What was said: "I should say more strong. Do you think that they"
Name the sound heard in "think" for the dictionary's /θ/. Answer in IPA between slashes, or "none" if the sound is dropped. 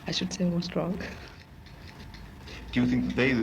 /θ/